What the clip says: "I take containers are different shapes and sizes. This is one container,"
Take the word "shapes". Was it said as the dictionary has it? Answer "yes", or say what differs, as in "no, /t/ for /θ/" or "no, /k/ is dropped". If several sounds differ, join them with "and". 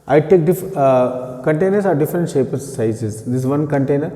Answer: no, /s/ is dropped